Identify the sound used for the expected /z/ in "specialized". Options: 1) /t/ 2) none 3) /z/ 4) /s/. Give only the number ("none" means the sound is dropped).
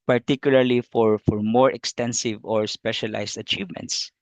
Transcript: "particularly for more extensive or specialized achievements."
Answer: 4